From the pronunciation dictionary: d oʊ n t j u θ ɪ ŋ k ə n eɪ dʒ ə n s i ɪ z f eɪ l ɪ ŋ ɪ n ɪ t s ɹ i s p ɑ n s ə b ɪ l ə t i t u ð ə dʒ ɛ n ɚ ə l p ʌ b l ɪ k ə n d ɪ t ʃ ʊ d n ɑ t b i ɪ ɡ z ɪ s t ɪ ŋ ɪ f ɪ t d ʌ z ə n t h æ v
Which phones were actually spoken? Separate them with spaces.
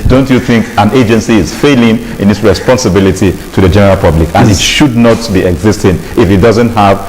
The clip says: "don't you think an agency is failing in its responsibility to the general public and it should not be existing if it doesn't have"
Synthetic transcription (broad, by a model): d oʊ n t j u θ ɪ ŋ k ə n eɪ dʒ ə n s i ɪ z f eɪ l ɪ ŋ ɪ n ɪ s ɹ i s p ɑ n s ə b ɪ l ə t i t u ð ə dʒ ɛ n ɚ ə l p ʌ b l ɪ k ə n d ɪ t ʃ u d n ɑ t b i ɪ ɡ z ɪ s t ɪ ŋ ɪ f ɪ t d ʌ z ə n t h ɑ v